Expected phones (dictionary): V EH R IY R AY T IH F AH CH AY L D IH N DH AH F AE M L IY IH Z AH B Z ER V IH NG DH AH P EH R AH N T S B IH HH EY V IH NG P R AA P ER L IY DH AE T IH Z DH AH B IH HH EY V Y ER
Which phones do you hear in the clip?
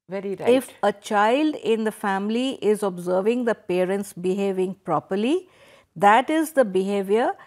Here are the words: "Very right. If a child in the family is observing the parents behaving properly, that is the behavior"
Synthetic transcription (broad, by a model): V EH R IY R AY IH F AH CH AY L D IH N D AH F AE M L IY IH Z AH B Z ER V IH NG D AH P EH R AH N T S B IH HH EY V IH NG P R AA P ER L IY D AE T IH Z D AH B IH HH EY V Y ER